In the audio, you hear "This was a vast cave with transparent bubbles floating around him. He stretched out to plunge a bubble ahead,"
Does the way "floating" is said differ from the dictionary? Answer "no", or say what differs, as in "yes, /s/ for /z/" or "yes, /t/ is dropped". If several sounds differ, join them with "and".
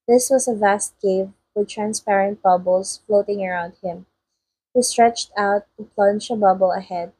no